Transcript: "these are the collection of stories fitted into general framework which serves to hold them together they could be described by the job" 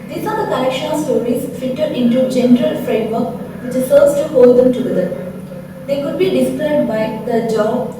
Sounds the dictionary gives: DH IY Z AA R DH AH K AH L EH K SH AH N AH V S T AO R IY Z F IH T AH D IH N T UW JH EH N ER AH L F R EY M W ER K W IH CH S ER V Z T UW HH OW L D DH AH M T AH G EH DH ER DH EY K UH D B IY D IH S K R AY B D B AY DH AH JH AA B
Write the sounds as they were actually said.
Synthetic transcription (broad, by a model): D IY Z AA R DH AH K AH IH SH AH S T AO R IY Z F IH T AH D IH N T UW JH EH N ER AH L F R EY M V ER K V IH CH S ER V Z T UW HH OW L D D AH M T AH G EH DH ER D EY K UH D B IY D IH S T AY D B AY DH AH JH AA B